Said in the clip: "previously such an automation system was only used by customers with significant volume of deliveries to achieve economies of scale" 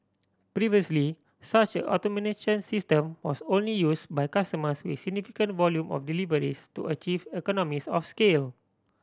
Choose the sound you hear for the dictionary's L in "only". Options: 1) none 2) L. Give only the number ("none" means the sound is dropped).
2